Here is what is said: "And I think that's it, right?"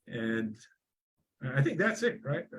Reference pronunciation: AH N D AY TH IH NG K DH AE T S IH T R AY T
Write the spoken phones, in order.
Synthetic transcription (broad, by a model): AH N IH AY TH IH NG K DH AE T S IH T R AY T